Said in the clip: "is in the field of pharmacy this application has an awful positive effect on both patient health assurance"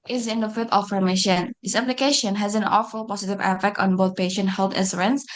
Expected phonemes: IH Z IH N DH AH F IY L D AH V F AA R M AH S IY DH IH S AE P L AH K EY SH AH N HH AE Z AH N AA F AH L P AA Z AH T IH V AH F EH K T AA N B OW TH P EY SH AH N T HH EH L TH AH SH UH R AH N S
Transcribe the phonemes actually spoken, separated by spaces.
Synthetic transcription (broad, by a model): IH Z IH N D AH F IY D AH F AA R M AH SH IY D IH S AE P L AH K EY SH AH N HH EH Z AH N AA F AH L P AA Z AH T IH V AH F EH K T AA N B OW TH P EY SH AH N T HH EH L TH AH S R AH N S